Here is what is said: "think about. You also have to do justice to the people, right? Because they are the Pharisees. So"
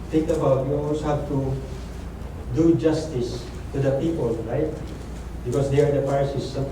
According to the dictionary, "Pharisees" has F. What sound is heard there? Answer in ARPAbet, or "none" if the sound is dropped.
P